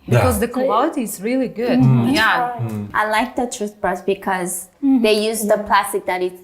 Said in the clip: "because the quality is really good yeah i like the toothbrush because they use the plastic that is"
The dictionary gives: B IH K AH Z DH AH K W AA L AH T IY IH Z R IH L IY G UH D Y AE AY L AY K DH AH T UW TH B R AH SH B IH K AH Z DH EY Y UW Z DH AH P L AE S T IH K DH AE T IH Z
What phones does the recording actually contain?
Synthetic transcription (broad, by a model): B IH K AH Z DH AH K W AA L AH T IY IH Z R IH L IY G UH D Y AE AY L AY K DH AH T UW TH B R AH S B IH K AH Z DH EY Y UW Z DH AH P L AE S T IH K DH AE T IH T